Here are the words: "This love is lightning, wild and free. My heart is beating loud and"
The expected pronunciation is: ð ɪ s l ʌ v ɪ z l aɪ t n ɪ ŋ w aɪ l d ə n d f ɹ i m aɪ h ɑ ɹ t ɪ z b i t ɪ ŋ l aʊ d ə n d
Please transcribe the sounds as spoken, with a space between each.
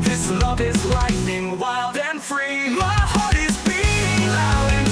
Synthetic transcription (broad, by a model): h ɪ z l ʌ v ɪ z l aɪ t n ɪ ŋ w aɪ l d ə n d f ɹ i m aɪ h ɑ ɹ t ɪ z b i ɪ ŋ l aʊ ə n